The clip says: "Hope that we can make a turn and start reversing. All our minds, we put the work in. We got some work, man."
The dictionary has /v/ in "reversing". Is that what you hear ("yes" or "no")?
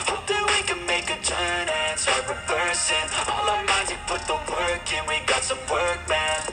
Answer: no